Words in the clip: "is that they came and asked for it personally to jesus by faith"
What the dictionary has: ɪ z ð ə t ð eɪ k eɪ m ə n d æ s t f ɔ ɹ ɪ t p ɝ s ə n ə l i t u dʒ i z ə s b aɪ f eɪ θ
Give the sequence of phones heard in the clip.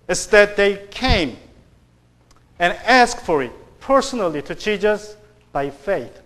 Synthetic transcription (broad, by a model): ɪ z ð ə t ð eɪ k eɪ m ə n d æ s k f ɔ ɹ ɪ t p ɝ s ə n ə l i t u tʃ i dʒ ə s b aɪ f eɪ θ